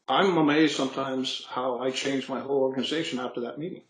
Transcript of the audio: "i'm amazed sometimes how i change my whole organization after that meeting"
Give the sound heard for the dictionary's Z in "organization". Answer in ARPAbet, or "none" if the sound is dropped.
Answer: Z